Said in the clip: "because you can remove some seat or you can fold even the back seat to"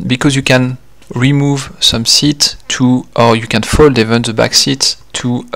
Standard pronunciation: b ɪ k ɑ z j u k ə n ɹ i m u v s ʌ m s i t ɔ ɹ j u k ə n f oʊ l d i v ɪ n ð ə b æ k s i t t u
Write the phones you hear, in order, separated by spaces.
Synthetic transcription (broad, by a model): b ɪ k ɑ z j u k ə n ɹ i m u v s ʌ m s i t ɔ ɹ j u k ə n f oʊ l d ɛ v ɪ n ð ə b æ k s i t t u